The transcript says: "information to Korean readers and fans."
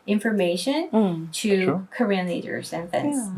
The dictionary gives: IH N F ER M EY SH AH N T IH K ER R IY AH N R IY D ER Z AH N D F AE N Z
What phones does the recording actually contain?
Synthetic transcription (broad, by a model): IH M F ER M EY SH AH N T IH K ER R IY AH N L IY D ER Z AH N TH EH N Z